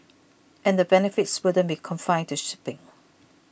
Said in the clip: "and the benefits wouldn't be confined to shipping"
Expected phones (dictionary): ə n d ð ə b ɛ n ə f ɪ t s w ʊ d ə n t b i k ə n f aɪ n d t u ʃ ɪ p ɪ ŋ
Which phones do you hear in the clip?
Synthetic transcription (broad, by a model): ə n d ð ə b ɛ n ə f ɪ t s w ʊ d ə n b i k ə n f aɪ n t u ʃ ɪ p ɪ ŋ